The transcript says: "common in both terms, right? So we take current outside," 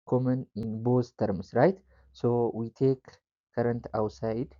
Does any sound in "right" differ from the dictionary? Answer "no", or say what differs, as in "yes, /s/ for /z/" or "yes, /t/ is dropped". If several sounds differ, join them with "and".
no